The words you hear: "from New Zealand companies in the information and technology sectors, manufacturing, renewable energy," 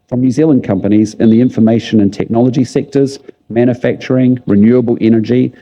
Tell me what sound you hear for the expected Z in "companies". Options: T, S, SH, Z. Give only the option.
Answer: Z